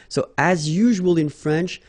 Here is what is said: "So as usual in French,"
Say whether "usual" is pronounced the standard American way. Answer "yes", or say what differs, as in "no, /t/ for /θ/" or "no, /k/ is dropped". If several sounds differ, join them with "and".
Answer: yes